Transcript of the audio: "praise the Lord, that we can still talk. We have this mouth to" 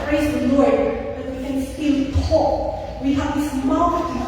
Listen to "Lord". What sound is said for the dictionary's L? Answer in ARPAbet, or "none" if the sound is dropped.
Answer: L